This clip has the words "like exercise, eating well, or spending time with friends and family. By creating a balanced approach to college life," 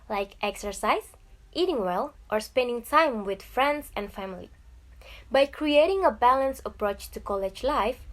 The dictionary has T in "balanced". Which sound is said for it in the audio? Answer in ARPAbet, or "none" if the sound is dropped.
none